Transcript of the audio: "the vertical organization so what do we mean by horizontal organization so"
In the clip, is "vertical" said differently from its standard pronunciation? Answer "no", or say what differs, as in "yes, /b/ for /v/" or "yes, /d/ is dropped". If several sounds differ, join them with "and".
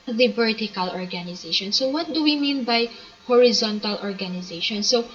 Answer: yes, /b/ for /v/